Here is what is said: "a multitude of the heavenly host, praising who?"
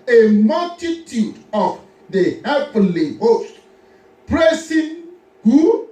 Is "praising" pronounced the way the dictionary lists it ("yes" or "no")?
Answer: no